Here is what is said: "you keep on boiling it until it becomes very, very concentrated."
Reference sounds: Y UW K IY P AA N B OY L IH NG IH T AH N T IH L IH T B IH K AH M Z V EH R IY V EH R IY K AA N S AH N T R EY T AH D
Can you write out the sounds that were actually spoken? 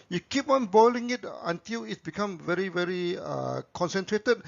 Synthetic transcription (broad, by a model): Y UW K IY P AA N B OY L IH NG IH T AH N T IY L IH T B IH K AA M V EH R IY V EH R IY K AA N S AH N T R EY T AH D